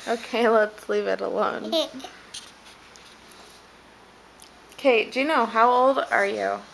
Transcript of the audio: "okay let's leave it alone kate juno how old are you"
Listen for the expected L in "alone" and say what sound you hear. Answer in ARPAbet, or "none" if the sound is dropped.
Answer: L